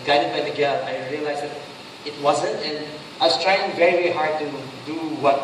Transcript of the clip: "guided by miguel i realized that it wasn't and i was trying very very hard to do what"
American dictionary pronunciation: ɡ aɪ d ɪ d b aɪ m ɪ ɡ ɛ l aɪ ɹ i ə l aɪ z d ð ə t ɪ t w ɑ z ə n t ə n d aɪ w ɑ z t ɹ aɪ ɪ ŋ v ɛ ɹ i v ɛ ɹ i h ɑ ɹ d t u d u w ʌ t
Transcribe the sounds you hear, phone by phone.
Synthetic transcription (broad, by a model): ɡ aɪ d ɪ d b aɪ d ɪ ɡ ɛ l aɪ ɹ i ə l aɪ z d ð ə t ɪ t w ɑ z ə n t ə n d aɪ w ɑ s t ɹ aɪ ɪ ŋ v ɛ ɹ i v ɛ ɹ i h ɑ ɹ d t u d u w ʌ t